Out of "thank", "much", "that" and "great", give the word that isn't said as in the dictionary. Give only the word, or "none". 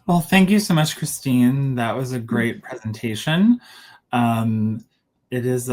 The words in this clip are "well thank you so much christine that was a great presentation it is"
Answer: none